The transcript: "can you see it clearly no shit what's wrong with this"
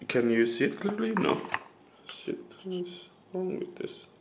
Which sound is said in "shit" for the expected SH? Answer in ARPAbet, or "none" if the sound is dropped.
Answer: S